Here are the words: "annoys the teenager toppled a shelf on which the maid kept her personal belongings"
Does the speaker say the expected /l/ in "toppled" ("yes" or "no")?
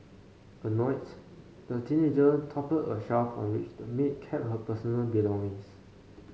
no